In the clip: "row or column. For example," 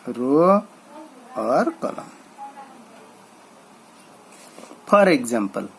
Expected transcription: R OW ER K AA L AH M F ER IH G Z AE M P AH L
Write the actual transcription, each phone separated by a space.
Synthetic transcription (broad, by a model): R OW ER K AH L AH M P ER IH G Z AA M P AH L